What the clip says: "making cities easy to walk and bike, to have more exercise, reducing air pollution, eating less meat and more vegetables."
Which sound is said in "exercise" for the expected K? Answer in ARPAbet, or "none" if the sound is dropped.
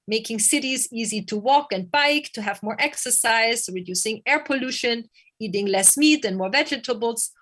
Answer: K